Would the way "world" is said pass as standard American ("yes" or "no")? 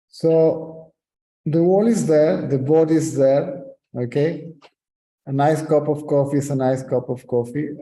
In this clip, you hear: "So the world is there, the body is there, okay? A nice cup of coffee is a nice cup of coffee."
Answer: no